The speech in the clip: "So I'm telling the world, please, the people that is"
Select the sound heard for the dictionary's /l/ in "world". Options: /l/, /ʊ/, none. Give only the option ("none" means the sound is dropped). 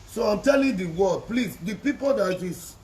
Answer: none